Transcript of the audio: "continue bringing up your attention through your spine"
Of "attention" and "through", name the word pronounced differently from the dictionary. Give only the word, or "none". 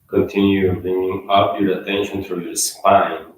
through